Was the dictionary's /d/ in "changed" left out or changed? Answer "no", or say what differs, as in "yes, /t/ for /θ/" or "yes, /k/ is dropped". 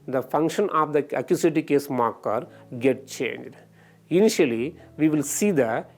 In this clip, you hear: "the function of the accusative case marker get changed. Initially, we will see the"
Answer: no